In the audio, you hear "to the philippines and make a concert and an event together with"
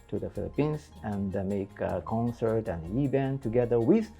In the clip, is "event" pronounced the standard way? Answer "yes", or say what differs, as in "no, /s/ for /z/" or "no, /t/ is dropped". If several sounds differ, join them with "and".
no, /b/ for /v/